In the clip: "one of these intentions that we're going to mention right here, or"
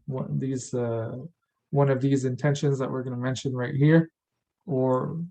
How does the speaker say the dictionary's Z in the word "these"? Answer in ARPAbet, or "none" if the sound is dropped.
Z